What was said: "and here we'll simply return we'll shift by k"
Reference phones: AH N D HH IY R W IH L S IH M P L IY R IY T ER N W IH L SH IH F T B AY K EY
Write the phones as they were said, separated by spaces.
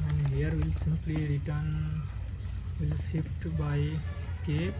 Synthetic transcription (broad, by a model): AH N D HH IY R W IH L S IH M P L IY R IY T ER N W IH L S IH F T B AY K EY